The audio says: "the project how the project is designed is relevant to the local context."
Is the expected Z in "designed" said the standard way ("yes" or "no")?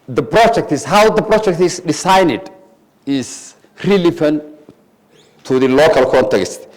no